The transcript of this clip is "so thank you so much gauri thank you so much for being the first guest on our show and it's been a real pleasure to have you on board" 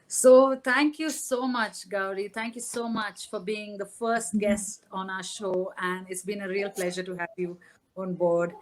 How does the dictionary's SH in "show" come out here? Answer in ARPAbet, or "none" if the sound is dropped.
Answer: SH